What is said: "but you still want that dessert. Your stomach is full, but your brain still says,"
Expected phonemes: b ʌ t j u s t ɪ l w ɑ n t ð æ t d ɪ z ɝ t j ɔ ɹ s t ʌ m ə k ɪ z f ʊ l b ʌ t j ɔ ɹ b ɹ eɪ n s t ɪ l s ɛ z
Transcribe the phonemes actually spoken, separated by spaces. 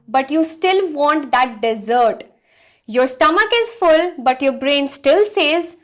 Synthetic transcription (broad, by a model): b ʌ t j u s t ɪ l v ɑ n t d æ t d ɪ z ɝ t j ɔ ɹ s t ʌ m ə k ɪ z f ʊ l b ʌ t j ɔ ɹ b ɹ eɪ n s t ɪ l s ɛ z